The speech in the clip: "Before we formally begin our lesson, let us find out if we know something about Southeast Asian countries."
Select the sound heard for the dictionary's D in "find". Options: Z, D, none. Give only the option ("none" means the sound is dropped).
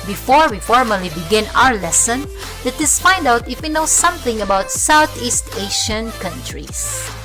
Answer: D